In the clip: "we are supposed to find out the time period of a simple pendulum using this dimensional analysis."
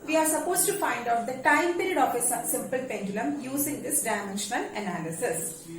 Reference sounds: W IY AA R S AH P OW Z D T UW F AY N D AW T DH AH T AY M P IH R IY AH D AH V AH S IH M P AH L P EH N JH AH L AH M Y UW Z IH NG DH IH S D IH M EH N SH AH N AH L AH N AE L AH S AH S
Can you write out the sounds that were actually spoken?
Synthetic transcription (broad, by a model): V IY AA R S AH P OW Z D T UW F AY N D AW T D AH T AY M P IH R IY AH D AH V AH S IH M P AH L P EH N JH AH L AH M Y UW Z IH NG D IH S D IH M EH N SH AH N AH L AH N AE L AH S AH S